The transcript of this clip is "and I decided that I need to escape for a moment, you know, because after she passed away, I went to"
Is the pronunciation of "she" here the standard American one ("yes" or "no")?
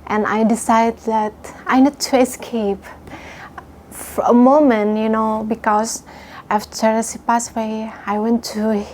no